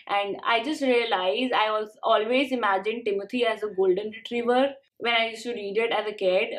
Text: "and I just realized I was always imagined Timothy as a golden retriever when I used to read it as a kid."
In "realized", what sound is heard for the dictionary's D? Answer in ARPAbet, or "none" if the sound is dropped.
none